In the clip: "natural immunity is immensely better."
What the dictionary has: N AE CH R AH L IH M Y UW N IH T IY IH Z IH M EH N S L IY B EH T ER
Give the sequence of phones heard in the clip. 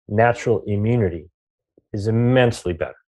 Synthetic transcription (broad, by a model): N AE CH R L IH M Y UW N IH T IY IH Z IH M EH N S L IY B EH T ER